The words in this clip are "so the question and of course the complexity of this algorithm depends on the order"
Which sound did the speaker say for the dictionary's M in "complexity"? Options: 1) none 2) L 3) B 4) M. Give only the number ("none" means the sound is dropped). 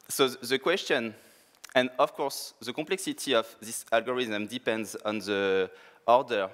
1